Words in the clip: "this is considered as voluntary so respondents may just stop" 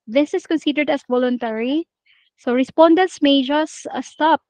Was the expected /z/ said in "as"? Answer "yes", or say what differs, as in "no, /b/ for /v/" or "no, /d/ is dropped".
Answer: no, /s/ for /z/